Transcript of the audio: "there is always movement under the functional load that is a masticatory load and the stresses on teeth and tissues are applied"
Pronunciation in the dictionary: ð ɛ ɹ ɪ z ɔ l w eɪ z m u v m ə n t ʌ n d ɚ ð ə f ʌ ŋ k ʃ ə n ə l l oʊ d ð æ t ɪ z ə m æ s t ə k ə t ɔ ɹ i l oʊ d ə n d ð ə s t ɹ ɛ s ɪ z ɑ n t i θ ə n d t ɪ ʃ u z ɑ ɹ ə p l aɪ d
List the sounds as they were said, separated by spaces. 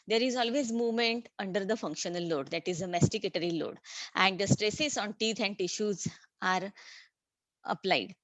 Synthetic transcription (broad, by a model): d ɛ ɹ ɪ z ɔ l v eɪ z m u v m ə n t ʌ n d ɚ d ə f ʌ ŋ k ʃ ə n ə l l oʊ d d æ t ɪ z ə m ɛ s t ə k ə t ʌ ɹ i l oʊ d ə n d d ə s t ɹ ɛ s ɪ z ɑ n t i t ə n d t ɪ ʃ u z ɑ ɹ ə p l aɪ d